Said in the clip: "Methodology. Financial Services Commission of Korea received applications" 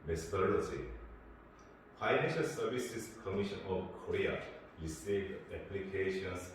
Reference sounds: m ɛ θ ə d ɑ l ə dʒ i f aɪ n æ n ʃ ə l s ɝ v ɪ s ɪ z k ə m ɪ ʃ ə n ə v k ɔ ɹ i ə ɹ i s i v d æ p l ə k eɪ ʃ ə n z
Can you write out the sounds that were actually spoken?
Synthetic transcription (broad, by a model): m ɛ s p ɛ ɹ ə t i f aɪ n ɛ n ʃ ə l s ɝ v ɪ s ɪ s k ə m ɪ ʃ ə n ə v k ɔ ɹ i ə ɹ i s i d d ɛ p l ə k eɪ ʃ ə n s